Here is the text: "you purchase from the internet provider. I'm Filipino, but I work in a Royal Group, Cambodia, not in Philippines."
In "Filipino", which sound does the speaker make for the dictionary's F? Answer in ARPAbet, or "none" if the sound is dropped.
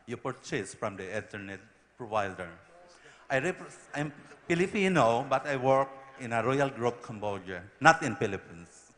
P